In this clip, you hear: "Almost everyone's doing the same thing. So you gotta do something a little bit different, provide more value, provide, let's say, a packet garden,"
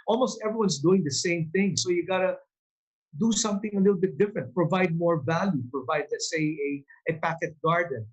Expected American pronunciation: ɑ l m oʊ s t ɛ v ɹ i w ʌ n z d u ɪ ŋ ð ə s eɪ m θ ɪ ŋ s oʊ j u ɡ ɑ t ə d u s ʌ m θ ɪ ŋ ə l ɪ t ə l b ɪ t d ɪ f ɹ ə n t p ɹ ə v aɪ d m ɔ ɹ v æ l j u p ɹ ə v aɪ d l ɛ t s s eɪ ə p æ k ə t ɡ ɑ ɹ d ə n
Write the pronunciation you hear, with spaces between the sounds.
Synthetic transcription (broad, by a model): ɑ l m oʊ s t ɛ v ɹ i w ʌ n s d u ɪ ŋ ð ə s eɪ m θ ɪ ŋ s oʊ j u ɡ ɑ t ə d u s ʌ m θ ɪ ŋ ə l ɪ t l b ɪ t d ɪ f ɹ ə n t p ɹ ə v aɪ d m ɔ ɹ v æ l j u p ɹ ə v aɪ d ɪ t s s eɪ ə p æ k ə t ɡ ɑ ɹ d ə n